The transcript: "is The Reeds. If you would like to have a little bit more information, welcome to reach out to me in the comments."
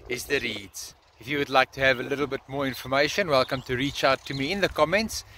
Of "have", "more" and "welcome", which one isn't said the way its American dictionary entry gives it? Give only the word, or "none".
none